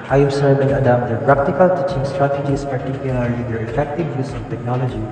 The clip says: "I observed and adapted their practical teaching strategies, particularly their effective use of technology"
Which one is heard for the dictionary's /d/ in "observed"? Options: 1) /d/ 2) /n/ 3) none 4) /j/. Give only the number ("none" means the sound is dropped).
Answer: 3